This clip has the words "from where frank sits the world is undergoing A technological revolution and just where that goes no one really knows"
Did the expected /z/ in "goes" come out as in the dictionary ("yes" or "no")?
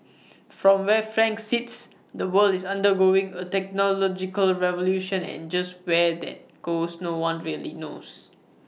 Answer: no